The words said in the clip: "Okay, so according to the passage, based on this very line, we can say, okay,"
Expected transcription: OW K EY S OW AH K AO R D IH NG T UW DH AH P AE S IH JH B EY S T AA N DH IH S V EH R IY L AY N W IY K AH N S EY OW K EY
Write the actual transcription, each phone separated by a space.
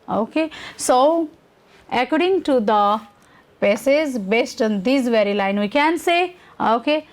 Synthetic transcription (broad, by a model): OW K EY S OW AH K AO R D IH NG T UW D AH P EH S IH Z B EY S T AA N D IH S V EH R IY L AY N W IY K AH N S EY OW K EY